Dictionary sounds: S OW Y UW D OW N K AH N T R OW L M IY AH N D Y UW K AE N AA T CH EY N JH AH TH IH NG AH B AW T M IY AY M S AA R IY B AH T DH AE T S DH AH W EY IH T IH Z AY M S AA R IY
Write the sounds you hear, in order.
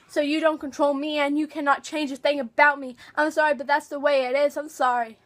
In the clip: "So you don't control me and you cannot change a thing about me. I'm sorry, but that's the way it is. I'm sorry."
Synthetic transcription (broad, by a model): S OW Y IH D OW N K AH N T R OW L M IY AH N Y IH K AE N AA T CH EY N JH AH TH IH NG AH B AW T M IY AY M S AA R IY B AH T DH AE T S DH AH W EY IH T IH Z AY M S AA R IY